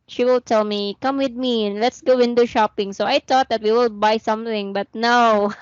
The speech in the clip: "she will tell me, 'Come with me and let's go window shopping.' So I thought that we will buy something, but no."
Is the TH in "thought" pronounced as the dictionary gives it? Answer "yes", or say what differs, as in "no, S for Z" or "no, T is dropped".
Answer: no, T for TH